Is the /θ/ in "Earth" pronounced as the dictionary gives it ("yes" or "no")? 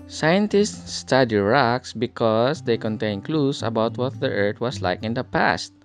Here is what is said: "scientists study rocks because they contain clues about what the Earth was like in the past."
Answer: no